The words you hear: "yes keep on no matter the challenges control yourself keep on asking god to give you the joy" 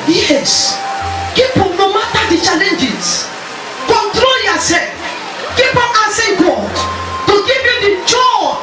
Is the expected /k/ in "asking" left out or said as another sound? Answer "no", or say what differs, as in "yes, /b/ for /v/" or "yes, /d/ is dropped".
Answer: yes, /k/ is dropped